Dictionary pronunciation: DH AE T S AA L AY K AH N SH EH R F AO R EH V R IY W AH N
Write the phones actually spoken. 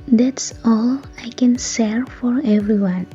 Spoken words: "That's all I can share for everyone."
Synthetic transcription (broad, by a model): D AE T S AA L AY K AH N S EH R F AO R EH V R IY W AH N